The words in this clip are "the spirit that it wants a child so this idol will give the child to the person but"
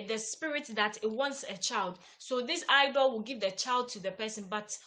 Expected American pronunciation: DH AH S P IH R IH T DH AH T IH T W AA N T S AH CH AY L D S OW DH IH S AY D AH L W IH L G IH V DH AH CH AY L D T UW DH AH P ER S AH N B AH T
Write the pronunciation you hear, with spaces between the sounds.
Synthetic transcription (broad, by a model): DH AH S P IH R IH T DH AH T IH T W AA N T S AH CH AY L D S OW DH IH S AY D AH L W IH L G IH V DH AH CH AY L D T UW DH AH P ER S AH N B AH T